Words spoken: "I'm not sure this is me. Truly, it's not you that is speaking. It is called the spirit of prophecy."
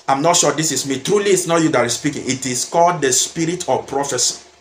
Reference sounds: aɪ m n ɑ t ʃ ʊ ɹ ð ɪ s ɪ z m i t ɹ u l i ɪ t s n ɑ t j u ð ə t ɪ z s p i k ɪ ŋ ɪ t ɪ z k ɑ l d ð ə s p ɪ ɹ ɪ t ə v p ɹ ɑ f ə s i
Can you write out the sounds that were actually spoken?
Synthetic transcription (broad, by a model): aɪ m n ɑ t ʃ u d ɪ s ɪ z m i t ɹ u l i t s n ɑ t j u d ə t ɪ s p i k ɪ ŋ ɪ t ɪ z k ɑ l d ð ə s p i ɹ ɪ t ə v p ɹ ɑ f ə s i